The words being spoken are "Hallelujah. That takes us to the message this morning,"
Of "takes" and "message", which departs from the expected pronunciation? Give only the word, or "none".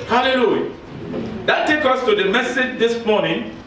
takes